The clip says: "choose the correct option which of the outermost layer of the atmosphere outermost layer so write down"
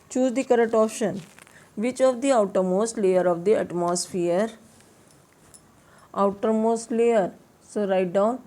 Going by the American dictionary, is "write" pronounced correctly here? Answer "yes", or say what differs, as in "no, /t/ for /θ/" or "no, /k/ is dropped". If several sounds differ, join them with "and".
yes